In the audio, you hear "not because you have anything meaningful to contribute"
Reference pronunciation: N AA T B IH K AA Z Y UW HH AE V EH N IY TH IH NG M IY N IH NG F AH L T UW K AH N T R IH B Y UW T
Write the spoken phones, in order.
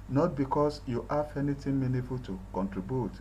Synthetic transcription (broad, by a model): N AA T B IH K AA S Y UW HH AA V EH N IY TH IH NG M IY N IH F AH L T UW K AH N T R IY B Y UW T